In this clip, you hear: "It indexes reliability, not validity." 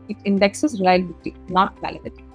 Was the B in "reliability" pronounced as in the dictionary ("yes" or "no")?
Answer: no